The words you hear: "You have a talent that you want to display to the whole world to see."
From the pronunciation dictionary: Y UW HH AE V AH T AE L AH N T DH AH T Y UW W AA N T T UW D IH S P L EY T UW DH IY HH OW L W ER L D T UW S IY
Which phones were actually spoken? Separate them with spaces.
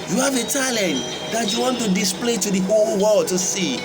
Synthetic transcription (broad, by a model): Y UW HH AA V AH T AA L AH N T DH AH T Y UW W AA N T T UW D IH S P L EY T UW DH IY HH OW L W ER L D T UW S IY